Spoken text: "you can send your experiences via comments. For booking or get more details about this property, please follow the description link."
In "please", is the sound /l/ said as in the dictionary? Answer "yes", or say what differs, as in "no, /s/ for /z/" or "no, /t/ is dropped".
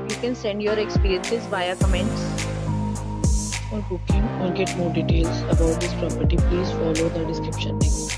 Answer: yes